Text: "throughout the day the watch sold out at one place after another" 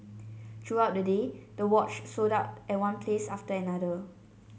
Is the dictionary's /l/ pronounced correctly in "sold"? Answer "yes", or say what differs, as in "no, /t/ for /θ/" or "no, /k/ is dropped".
no, /l/ is dropped